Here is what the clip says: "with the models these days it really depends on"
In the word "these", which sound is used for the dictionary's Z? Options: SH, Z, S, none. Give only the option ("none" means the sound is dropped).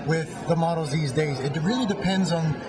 Z